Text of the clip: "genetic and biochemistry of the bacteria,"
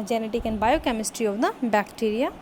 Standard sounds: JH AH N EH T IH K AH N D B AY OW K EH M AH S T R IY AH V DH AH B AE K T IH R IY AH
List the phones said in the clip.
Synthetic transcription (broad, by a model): JH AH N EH T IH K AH N B AY OW K EH M AH S T R IY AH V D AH B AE K T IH R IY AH